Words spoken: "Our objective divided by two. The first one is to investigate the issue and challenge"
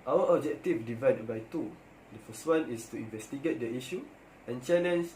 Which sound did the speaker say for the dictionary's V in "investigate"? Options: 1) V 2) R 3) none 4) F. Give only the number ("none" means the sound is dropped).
1